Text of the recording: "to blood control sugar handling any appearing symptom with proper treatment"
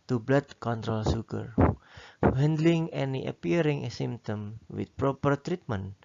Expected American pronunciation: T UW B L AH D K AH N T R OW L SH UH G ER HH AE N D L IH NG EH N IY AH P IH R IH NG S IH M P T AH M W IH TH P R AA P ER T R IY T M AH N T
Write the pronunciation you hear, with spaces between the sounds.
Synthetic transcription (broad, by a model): T UW B L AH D K AH N T R OW L S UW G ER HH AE N D L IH NG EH N IY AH P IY R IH NG S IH M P T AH M W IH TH P R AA P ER T R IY T M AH N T